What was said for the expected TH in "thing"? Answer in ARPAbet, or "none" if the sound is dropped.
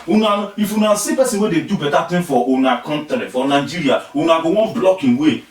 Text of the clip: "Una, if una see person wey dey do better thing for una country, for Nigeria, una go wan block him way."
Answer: T